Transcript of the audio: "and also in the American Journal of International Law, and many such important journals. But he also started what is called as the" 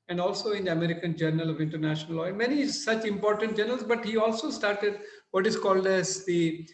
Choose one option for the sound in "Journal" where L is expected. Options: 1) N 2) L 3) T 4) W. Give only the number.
2